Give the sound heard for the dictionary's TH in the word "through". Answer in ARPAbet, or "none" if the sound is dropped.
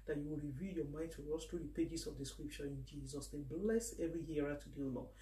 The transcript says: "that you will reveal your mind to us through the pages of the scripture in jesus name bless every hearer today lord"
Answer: T